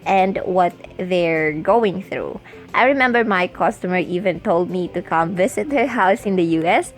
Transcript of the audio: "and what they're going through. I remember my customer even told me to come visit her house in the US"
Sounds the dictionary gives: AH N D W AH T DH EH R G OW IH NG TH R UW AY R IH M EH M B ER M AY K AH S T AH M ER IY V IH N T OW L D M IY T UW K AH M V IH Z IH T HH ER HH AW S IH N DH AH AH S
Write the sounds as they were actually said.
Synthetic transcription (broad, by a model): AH N D W AH T DH EH R G OW IH NG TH R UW AY R IH M EH M B ER M AY K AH S T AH M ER IY V IH N T OW L D M IY T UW K AH M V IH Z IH T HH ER HH AW S IH N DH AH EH S